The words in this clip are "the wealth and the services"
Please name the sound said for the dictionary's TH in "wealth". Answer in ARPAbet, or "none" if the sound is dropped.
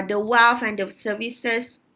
F